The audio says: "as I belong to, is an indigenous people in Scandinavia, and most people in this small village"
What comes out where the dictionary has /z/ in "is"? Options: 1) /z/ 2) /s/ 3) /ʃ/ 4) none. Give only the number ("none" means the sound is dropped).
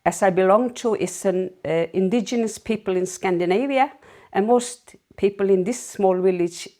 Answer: 2